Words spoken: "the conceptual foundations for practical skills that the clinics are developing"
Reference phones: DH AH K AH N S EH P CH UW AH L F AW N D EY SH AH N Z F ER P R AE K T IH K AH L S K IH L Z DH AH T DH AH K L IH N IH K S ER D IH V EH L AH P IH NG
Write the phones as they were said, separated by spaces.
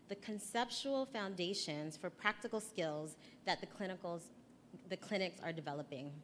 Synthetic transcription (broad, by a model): DH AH K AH N S EH P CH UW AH L F AW N D EY SH AH N Z F ER P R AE K T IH K L S K IH L Z DH AH T DH AH K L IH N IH K S ER D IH V EH L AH P IH NG